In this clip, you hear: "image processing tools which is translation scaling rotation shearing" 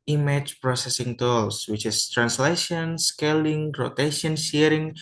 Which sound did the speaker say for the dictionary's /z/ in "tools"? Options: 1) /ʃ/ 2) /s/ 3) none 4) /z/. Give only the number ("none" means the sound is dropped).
2